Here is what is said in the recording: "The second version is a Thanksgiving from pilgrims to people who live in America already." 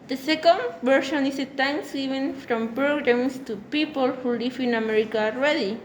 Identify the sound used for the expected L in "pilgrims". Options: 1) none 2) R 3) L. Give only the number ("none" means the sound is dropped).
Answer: 1